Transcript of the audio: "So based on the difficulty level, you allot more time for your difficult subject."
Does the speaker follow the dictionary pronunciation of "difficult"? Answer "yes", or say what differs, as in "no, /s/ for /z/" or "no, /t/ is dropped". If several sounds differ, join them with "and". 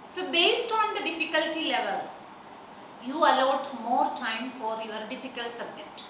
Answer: yes